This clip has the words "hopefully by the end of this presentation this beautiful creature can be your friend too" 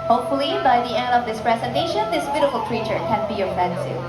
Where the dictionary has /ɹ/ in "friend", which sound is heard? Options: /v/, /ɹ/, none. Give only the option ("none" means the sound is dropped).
none